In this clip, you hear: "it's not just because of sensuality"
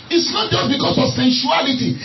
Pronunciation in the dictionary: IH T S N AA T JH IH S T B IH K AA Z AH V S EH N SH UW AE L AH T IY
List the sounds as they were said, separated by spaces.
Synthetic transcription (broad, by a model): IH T S N AA T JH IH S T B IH K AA S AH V S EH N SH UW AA L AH T IY